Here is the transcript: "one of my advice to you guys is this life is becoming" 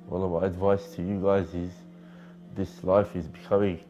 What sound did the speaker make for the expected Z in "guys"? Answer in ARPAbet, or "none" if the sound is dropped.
Z